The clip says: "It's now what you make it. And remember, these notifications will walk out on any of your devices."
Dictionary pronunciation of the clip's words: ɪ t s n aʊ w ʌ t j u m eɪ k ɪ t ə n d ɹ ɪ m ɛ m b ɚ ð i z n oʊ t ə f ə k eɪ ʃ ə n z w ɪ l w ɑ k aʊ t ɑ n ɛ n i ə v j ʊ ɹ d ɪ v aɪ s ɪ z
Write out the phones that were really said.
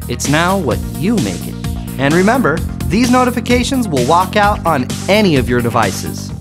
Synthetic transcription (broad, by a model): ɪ t s n aʊ w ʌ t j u m eɪ k ɪ t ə n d ɹ ɪ m ɛ m b ɚ ð i z n oʊ t ə f ə k eɪ ʃ ə n z w ɪ l w ɑ k aʊ t n ɛ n i ə v j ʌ ɹ d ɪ v aɪ s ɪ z